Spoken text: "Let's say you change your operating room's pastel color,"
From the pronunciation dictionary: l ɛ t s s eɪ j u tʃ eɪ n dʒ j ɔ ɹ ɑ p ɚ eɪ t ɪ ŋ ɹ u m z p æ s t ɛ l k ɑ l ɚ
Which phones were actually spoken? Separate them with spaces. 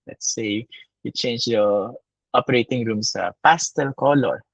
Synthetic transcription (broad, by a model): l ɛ t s s eɪ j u tʃ eɪ n dʒ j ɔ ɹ ɑ p ɚ eɪ t ɪ ŋ ɹ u m s p æ s t ɛ l k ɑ l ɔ